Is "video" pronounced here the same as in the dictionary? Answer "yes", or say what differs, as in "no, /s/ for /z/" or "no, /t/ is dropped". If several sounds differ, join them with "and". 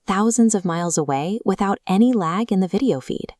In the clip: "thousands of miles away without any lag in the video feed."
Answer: yes